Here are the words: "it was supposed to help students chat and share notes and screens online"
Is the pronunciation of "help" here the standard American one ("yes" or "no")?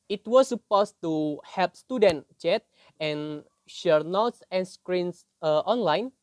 no